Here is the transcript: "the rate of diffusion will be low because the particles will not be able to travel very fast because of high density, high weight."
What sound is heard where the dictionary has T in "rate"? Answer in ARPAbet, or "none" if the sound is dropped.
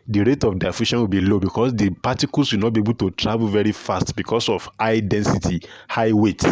T